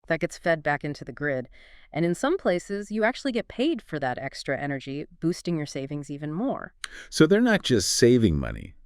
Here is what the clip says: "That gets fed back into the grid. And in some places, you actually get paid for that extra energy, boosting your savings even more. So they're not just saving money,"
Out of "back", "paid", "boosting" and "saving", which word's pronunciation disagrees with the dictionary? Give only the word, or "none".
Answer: none